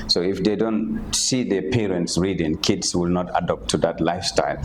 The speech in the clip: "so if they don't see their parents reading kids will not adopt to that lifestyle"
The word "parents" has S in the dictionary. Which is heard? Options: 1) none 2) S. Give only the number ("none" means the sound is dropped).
2